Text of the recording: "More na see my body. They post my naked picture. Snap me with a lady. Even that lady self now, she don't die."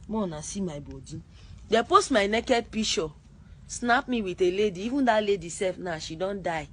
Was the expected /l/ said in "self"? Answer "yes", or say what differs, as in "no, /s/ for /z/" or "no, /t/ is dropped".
no, /l/ is dropped